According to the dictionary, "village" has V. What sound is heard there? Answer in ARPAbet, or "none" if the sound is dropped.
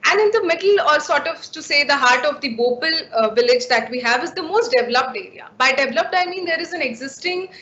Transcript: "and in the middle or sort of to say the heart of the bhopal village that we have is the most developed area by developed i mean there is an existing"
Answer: V